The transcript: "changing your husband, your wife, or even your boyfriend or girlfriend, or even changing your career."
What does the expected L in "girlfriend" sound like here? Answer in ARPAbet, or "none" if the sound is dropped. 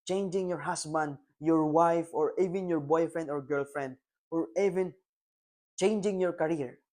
L